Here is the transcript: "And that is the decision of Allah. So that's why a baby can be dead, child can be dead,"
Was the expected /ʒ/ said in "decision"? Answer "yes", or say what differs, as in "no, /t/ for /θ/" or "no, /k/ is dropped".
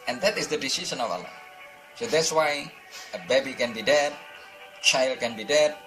no, /s/ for /ʒ/